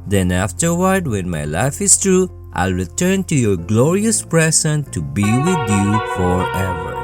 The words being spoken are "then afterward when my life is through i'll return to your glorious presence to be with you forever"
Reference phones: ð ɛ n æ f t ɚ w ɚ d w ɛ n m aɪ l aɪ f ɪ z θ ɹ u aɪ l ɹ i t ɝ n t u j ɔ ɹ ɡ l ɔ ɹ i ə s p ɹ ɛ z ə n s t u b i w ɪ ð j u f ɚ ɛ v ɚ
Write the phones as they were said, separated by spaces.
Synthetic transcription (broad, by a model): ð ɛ n æ f t ɚ w ɚ d w ɛ n m aɪ l aɪ f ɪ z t ɹ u aɪ l ɹ i t ɝ n t u j ɔ ɹ ɡ l ɔ ɹ i ə s p ɹ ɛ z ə n t u b i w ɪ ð j u f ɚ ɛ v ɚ